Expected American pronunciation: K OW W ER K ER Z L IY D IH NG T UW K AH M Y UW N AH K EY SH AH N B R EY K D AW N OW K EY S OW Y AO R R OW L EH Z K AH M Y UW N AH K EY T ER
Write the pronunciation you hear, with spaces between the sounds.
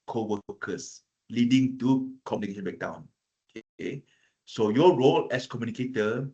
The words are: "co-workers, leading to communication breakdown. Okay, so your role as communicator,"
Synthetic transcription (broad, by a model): K OW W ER K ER S L IY D IH NG T UW K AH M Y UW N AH K EY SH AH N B EY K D AW N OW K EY S OW Y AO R R OW L EH S K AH M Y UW N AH K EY T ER